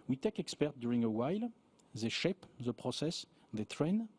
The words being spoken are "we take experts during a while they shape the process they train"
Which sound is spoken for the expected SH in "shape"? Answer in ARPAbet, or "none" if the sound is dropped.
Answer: SH